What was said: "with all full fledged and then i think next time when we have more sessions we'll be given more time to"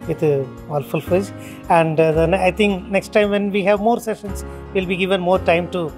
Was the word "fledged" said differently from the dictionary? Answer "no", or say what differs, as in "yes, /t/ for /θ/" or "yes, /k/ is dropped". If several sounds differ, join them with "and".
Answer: yes, /l/ is dropped and /d/ is dropped